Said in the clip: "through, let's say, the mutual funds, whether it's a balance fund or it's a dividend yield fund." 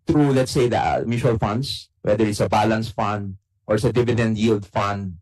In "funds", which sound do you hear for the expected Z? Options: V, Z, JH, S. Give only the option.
S